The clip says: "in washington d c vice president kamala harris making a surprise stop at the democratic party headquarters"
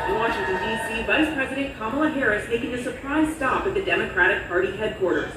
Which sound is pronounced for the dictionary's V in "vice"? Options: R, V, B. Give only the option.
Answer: V